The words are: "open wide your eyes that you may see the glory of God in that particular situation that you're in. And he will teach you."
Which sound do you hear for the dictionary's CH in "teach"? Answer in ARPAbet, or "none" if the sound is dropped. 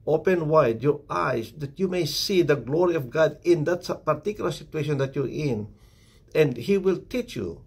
CH